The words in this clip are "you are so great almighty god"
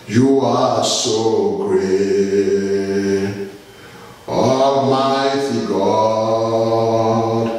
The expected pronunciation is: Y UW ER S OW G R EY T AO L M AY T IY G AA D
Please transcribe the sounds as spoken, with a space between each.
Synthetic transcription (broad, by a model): Y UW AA S OW G R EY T AO M AY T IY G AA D